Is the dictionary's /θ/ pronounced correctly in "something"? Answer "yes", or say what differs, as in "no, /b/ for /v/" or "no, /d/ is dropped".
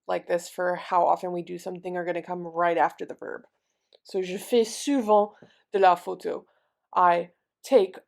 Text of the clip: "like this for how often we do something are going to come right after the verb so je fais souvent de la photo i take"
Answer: yes